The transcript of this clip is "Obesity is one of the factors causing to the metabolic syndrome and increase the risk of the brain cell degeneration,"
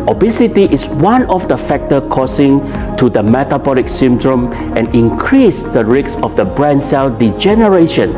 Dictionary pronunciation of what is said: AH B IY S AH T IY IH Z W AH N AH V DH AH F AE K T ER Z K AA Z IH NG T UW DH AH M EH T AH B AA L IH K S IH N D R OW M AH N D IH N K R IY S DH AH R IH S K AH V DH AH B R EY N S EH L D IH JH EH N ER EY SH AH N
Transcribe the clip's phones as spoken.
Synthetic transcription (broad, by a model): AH B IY S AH T IY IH S W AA N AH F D AH F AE K T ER K AA S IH NG T UW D AH M EH T AH B AA L IH K S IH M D R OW M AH N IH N K R IY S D AH R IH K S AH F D AH B R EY N S EH L D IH JH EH N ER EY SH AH N